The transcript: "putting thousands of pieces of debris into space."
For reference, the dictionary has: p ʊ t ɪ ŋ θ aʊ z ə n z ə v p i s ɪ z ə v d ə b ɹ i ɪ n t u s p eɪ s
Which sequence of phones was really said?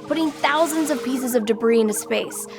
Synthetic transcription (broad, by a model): p ʊ t ɪ ŋ θ aʊ z ə n z ə v p i s ɪ z ə v d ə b ɹ i ɪ n t u s p eɪ s